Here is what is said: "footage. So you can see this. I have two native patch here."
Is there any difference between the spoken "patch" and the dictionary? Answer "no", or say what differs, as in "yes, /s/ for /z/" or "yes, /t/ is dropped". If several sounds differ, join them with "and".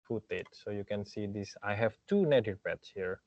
yes, /s/ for /tʃ/